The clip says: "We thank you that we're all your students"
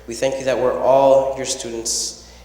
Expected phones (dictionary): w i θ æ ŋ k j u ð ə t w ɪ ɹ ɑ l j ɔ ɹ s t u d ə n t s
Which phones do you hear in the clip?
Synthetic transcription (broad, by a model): w i θ æ ŋ k j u ð ə t w ɪ ɹ ɑ l j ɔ ɹ s t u d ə n t s